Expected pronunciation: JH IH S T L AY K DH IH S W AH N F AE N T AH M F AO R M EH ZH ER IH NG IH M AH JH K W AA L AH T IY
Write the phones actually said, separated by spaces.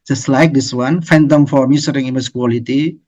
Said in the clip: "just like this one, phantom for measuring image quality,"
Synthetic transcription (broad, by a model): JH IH S T L AY K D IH S W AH N F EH N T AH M F AO R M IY S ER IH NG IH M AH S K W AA L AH T IY